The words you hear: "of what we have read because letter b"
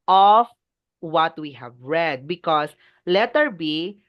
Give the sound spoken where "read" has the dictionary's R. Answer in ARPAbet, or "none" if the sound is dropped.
R